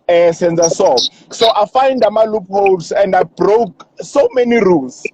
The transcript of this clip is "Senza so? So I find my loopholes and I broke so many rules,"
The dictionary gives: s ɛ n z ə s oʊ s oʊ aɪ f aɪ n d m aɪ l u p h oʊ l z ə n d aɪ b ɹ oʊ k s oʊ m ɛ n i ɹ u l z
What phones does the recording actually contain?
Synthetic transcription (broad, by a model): s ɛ n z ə s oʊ s oʊ aɪ f aɪ n d m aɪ l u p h oʊ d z ə n d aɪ b ɹ oʊ k s oʊ m ɛ n i ɹ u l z